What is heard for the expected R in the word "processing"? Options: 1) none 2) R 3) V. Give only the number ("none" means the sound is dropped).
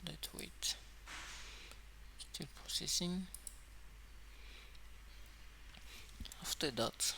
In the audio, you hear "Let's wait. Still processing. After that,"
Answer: 1